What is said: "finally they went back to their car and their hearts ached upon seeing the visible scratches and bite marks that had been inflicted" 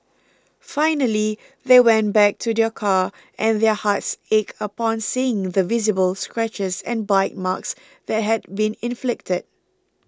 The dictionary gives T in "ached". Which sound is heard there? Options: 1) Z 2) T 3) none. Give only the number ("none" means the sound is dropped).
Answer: 3